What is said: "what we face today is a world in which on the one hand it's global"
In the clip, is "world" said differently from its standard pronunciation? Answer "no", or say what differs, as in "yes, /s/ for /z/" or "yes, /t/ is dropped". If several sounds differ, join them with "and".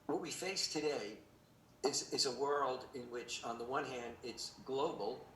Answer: no